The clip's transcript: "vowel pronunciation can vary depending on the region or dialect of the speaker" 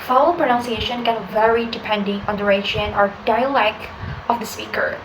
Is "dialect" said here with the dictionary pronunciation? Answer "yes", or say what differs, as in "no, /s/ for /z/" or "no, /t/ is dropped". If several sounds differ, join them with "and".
no, /t/ is dropped